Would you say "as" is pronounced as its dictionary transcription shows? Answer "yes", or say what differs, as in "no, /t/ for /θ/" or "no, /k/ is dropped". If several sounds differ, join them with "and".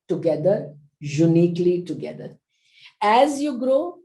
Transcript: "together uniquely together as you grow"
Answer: yes